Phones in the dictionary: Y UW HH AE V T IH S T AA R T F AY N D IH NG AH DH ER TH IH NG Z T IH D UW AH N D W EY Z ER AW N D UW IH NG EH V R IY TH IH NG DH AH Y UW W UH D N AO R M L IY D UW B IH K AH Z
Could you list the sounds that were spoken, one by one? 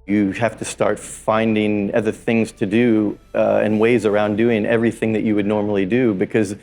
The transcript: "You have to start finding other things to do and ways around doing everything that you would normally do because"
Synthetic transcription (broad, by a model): Y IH HH AE F T IH S T AA R T F AY N D IH NG AH DH ER TH IH NG Z T IH D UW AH N W EY Z ER AW N D UW IH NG EH V R IY TH IH NG DH AH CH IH W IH D N AO R M L IY D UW B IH K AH Z